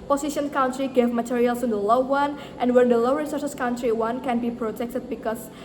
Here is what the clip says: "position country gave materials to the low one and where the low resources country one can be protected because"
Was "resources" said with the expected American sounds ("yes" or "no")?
no